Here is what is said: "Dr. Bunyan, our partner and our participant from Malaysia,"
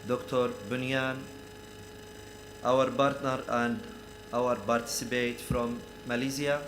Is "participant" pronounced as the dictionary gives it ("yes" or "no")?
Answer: no